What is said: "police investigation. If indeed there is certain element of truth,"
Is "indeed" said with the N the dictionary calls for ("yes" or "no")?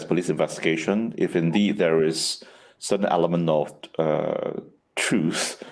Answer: yes